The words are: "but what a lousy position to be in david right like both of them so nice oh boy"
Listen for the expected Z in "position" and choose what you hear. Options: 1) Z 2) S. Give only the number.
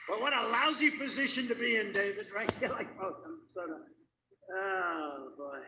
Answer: 1